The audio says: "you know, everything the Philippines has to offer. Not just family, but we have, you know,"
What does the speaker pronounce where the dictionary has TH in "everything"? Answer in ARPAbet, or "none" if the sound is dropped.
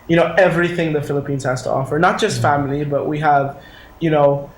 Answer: TH